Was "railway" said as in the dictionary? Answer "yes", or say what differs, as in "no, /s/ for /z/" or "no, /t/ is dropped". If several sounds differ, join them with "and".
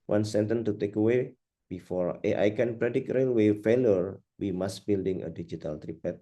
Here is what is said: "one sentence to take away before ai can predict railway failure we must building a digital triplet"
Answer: yes